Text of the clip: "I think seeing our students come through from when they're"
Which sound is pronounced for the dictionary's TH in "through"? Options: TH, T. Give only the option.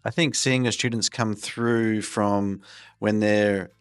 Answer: TH